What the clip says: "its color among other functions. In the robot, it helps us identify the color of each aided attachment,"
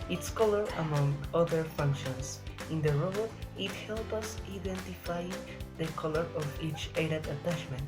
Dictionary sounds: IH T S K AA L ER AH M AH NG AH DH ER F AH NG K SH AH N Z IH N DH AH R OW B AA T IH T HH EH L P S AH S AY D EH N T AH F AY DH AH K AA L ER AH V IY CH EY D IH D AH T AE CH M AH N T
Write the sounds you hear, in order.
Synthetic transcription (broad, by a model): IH T S K AA L ER AH M AH NG AH DH ER F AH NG K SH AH N S IH N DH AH R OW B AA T IH T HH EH L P AH S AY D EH N T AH F AY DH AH K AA L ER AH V IY CH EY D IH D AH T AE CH M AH N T